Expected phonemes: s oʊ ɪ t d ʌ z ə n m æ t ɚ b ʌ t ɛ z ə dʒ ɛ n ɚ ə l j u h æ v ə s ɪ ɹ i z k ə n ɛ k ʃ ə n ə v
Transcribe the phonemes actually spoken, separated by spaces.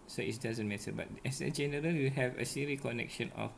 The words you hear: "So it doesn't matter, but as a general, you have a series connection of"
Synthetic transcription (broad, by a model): s oʊ ɪ t d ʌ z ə n m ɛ t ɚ b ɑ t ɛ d ə dʒ ɛ n ɚ ə l j u h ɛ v ə s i ɹ i k ə n ɛ k ʃ ə n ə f